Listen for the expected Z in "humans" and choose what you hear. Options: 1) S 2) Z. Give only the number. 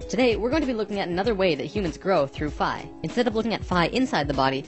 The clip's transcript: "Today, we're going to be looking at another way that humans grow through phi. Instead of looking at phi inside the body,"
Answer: 2